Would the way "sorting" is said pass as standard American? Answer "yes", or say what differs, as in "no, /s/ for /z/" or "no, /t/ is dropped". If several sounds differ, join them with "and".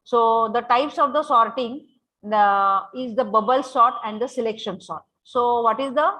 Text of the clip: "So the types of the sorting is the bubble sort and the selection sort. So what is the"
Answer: yes